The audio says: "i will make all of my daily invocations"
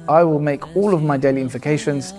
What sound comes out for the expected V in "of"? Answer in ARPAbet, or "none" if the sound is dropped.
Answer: V